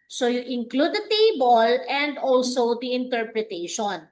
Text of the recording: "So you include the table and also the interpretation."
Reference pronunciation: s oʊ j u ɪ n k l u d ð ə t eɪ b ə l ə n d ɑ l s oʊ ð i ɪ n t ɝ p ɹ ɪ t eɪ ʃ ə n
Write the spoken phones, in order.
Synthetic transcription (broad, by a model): s oʊ j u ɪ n k l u d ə t eɪ b ə l ə n d ɑ l s oʊ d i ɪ n t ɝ p ɹ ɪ t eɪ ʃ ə n